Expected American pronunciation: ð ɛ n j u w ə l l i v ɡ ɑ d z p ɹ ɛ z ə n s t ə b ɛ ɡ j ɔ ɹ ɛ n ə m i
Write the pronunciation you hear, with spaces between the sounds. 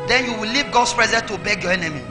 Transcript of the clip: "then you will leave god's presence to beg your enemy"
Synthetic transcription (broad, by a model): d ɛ n j u w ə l l i v ɡ ɑ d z p ɹ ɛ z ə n t ə b ɛ ɡ j ɔ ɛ n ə m i